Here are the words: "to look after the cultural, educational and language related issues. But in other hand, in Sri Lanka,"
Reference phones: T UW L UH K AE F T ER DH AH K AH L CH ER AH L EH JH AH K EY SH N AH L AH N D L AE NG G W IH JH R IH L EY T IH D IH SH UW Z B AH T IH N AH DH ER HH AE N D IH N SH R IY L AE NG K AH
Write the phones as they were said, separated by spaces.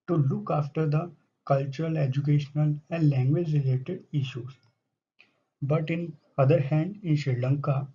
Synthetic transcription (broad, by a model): T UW L UH K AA F T ER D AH K AH L CH ER AH L EH JH AH K EY SH N AH L AH N D L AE NG G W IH JH R IH L EY T IH D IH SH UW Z B AH T IH N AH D ER HH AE N D IH N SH R L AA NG K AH